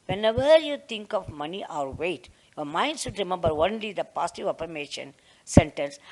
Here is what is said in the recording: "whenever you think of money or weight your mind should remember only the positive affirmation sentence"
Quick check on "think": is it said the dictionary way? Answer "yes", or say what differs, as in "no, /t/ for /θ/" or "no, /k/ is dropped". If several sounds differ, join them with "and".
no, /t/ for /θ/